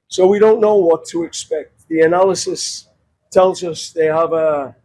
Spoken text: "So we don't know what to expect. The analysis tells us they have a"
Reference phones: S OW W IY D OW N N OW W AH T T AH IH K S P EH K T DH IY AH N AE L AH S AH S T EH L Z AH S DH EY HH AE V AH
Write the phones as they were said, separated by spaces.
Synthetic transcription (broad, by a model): S OW W IY D OW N N OW W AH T T AH IH K S P EH K T DH IY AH N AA L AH S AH S T EH L Z AH S DH EY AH V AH